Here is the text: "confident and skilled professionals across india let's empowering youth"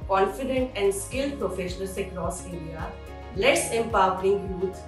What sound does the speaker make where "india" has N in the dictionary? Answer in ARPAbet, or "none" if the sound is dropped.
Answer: none